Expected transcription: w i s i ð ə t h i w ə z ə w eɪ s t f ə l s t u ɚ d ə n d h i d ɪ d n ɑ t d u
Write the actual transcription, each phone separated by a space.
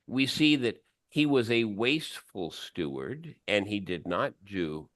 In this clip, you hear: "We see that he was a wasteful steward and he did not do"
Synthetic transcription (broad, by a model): w i s i ð ə t h i w ə z ə w eɪ s t f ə l s t u ɚ d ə n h i d ɪ d n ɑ t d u